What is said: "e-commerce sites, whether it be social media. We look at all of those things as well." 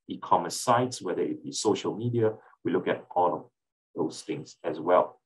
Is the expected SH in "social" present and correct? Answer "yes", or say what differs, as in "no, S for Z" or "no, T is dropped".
yes